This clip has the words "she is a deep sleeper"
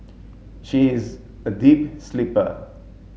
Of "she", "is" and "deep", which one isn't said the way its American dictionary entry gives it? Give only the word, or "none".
none